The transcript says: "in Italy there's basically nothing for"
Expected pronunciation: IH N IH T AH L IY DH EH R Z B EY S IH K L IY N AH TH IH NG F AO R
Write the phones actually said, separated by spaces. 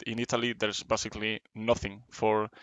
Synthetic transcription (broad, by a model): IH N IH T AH L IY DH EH R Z B EY S IH K L IY N AH TH IH NG F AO R